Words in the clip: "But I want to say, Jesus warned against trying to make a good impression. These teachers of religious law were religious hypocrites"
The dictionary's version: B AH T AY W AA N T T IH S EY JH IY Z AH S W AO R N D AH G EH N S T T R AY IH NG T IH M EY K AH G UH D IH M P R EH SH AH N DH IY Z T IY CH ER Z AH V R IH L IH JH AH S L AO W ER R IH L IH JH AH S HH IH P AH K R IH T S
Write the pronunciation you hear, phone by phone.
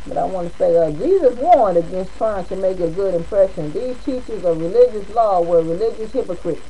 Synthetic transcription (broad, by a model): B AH T AY W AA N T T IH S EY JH IY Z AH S W AO R N D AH G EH N S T T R AY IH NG T IH M EY K AH G UH D IH M P R EH SH AH N DH IY Z T IY CH ER Z AH V R IH L IH JH AH S L AO W ER R IH L IH JH AH S HH IH P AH K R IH T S